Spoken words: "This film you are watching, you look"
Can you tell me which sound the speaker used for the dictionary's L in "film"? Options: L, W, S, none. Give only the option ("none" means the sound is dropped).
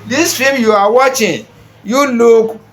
none